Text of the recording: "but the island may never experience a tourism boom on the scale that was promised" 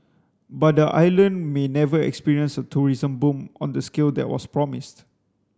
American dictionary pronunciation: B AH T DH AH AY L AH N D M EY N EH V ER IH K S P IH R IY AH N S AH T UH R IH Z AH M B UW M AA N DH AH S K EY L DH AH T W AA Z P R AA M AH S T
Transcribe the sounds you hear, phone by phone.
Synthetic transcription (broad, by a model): B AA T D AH AY L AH N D M EY N EH V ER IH K S P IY R IY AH N S AH T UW R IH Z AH M B UW M AA N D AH S K EY L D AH T W AA S P R AA M AH S T